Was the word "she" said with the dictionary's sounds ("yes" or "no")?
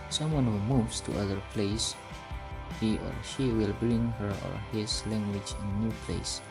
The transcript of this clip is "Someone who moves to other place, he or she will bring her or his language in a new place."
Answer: yes